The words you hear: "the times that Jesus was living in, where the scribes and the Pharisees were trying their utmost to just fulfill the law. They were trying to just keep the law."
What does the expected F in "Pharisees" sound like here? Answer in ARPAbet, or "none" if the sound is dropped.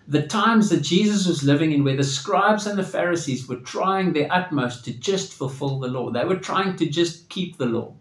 F